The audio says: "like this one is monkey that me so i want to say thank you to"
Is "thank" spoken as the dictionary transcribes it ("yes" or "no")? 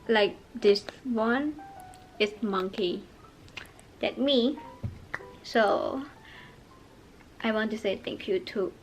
no